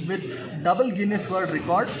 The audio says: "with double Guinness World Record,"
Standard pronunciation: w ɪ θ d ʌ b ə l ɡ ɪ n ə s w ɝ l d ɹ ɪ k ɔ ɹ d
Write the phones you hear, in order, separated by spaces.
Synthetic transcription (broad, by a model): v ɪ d d ʌ b ə l ɡ ɪ n ə s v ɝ d ɹ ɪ k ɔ ɹ d